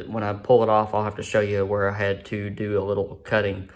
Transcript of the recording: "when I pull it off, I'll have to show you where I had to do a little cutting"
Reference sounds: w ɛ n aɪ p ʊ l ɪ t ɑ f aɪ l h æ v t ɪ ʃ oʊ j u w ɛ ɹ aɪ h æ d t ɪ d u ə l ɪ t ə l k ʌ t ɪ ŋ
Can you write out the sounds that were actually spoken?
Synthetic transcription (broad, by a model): w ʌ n aɪ p ʊ l ɪ t ɑ f aɪ l h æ f t ɪ ʃ oʊ j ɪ w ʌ ɹ aɪ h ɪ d t ɪ d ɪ ə l ɪ t l k ʌ t ɪ ŋ